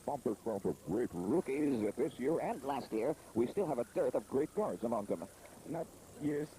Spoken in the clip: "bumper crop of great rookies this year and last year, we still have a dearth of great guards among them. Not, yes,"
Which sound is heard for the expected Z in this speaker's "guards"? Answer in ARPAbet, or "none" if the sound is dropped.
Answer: Z